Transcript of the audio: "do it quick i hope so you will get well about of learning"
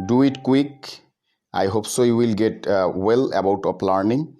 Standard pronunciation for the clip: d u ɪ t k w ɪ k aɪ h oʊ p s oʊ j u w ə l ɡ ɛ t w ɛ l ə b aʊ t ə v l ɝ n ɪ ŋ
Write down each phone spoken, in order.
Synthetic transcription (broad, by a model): d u ɪ t k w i k aɪ h oʊ p s oʊ j u w ə l ɡ ɛ t w ɛ l ə b aʊ t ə p l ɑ n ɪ ŋ